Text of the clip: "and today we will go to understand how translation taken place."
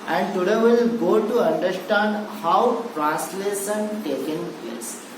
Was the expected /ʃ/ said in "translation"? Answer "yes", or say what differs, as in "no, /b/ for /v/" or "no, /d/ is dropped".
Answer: no, /s/ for /ʃ/